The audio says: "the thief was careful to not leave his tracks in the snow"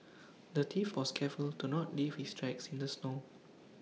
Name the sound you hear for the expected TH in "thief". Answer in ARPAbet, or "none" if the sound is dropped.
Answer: T